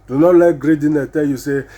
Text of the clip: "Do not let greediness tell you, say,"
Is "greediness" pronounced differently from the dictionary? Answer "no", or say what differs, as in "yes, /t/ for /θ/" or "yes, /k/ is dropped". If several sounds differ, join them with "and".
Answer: yes, /s/ is dropped